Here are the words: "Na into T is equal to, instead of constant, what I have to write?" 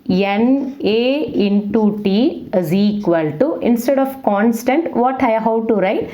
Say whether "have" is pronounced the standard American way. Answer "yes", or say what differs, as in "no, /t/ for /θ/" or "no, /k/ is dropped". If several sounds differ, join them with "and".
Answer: no, /w/ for /v/